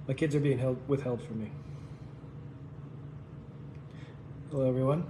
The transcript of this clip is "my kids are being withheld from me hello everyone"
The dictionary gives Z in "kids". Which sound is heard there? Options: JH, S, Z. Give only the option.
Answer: Z